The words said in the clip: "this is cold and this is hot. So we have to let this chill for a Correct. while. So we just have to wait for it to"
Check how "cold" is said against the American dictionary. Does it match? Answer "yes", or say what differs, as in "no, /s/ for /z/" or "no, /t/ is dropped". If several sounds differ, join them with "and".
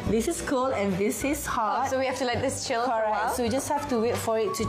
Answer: no, /d/ is dropped